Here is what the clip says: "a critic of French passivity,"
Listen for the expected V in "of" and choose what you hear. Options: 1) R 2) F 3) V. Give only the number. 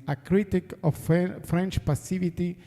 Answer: 2